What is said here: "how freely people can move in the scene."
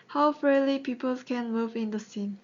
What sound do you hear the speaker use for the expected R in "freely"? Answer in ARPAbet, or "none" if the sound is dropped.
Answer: none